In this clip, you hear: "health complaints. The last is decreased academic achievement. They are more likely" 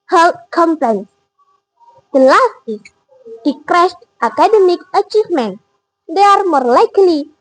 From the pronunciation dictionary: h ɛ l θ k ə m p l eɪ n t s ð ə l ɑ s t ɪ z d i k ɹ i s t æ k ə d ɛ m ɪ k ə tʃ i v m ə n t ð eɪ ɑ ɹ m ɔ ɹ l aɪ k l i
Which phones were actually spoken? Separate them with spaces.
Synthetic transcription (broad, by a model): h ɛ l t k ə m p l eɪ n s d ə l ɑ s t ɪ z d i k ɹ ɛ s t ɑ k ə d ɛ m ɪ k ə tʃ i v m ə n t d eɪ ɑ ɹ m ɔ ɹ l aɪ k l i